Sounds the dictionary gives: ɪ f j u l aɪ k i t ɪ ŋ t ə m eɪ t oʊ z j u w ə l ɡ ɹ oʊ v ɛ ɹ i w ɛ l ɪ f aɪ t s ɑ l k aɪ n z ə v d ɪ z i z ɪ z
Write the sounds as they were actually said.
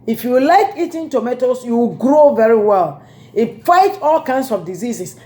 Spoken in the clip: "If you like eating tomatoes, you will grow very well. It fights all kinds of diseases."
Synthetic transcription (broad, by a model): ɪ f j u l aɪ k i t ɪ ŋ t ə m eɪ t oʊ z j u w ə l ɡ ɹ oʊ v ɛ ɹ i w ɛ l ɪ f aɪ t ɑ l k aɪ n s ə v d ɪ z i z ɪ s